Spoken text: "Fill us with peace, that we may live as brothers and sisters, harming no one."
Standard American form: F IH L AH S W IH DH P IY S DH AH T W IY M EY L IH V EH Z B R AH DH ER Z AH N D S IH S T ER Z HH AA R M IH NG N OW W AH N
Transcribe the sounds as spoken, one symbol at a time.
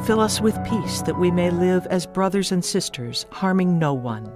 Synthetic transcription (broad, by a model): F IH L AH S W IH DH P IY S DH AH T W IY M EY L IH V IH Z B R AH DH ER Z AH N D S IH S T ER Z HH AA R M IH NG N OW W AH N